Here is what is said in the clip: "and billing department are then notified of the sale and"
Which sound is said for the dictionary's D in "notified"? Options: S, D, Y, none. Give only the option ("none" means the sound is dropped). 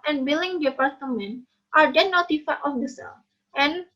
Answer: none